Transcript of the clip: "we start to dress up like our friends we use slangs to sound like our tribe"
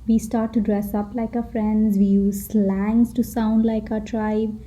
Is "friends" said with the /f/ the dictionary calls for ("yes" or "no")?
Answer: yes